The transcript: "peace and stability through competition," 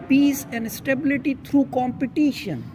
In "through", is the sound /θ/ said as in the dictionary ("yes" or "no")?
no